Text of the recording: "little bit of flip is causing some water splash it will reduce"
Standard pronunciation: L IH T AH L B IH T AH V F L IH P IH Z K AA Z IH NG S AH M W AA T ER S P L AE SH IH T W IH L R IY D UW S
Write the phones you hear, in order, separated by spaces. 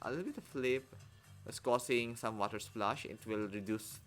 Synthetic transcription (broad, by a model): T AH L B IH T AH F L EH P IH S K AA S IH NG S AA M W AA T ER S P L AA SH IH T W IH L R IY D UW S